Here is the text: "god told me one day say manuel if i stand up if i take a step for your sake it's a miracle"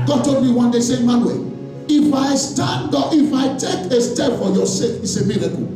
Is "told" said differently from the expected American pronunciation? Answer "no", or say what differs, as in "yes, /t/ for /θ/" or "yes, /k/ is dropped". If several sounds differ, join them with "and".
yes, /l/ is dropped